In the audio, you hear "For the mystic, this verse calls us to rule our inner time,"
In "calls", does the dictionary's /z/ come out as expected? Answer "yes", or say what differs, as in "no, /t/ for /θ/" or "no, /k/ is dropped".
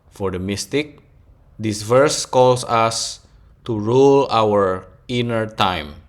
no, /s/ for /z/